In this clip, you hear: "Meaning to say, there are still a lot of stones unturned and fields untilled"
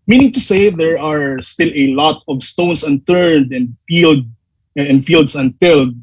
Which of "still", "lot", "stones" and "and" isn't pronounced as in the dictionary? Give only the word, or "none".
stones